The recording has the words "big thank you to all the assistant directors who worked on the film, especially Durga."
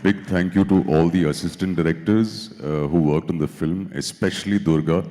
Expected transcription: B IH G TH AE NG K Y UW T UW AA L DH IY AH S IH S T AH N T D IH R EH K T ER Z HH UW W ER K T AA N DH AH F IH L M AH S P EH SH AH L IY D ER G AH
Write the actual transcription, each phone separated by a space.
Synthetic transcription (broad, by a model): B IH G T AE NG K Y UW T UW AA L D IY AH S IH S T AH N T D IH R EH K T ER Z HH UW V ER K T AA N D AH F IH L M AH S P EH SH AH L IY D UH G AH